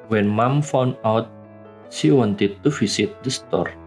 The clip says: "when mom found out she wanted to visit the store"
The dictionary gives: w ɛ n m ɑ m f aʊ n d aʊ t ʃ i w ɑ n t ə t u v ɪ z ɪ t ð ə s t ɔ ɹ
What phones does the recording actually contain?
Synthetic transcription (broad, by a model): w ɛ n m ɑ m f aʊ n aʊ t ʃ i w ɑ n t ə t u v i s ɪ t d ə s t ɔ ɹ